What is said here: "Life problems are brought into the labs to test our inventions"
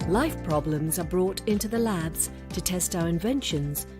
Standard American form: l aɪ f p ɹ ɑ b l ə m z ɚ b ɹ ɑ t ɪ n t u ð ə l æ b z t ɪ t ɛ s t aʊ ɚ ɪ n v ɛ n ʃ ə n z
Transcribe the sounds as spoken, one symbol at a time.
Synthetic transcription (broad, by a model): l aɪ f p ɹ ɑ b l ə m z ɚ b ɹ ɑ t ɪ n t u ð ə l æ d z t ɪ t ɛ s t aʊ ɚ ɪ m v ɛ n ʃ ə n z